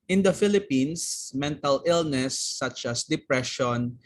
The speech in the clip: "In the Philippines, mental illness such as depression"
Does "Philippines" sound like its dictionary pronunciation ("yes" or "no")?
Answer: no